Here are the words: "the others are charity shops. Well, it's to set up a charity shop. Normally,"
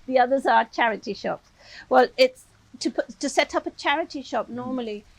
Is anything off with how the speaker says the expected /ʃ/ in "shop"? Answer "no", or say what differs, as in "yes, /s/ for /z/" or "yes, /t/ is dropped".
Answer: no